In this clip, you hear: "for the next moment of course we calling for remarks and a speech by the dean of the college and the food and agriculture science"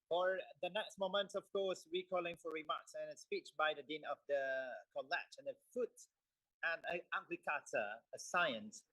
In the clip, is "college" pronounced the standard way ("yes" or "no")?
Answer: no